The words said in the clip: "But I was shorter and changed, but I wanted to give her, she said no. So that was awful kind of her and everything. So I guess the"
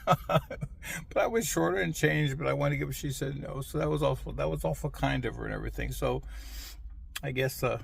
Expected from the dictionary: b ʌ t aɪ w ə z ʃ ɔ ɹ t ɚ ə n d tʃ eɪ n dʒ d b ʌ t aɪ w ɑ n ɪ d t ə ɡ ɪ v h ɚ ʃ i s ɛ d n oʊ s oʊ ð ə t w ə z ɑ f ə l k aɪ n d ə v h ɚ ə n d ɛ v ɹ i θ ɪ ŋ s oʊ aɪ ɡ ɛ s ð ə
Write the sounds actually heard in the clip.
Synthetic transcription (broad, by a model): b ʌ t aɪ w ə z ʃ ɔ ɹ t ɚ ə n tʃ eɪ n dʒ b ʌ t aɪ w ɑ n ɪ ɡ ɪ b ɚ ʃ i s ɛ d n oʊ s oʊ ð ə t w ə z ɑ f ə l k aɪ n d ə v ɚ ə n ɛ v ɹ i θ ɪ ŋ s oʊ aɪ ɡ ɛ s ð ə